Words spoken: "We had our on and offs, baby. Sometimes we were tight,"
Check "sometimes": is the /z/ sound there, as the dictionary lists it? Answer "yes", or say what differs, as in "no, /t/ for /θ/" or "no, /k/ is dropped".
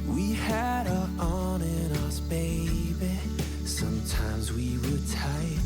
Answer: yes